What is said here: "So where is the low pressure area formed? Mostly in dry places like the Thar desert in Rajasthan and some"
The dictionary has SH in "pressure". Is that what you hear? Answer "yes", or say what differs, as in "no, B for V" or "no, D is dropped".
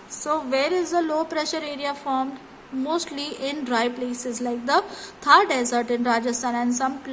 yes